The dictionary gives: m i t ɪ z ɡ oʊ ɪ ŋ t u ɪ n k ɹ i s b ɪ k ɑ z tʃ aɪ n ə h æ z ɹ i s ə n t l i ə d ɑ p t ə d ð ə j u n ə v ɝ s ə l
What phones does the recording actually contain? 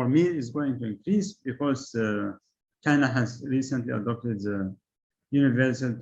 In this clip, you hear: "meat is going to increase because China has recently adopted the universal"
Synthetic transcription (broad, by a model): m i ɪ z ɡ oʊ ɪ ŋ t u ɪ n k ɹ i s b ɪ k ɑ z tʃ aɪ n ə h æ z ɹ i s ə n t l i ə d ɑ p t ə d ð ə j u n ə v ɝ s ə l